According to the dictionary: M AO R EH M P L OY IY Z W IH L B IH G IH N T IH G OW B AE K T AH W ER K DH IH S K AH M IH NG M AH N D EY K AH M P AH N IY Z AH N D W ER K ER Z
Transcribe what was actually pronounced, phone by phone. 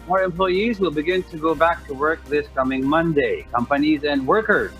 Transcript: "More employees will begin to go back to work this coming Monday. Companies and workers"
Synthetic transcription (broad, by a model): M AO R EH M P L OY IY Z W IH L B IH G IH N T IH G OW B AE K T AH W ER K DH IH S K AH M IH NG M AH N D EY K AH M P AH N IY Z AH N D W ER K ER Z